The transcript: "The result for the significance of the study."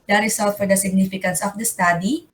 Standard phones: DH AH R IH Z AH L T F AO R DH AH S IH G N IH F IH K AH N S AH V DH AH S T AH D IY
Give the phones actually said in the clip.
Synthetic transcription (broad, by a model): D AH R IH S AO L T F AO R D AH S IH G N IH F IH K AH N S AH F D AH S T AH D IY